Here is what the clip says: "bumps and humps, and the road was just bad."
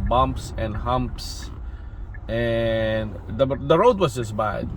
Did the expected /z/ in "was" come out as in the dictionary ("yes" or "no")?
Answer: no